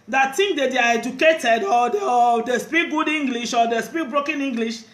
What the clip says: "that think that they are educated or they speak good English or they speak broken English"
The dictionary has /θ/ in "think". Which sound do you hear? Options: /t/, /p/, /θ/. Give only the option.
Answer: /t/